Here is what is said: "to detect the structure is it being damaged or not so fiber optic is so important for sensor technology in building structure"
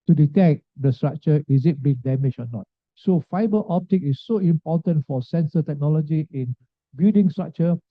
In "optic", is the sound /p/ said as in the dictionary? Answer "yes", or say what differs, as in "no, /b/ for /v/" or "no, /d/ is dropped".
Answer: yes